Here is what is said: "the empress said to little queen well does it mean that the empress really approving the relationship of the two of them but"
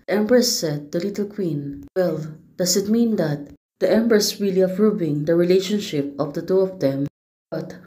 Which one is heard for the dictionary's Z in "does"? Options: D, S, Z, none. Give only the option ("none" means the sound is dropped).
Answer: S